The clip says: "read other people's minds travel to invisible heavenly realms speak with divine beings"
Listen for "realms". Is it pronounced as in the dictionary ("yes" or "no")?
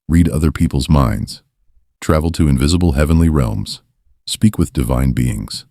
yes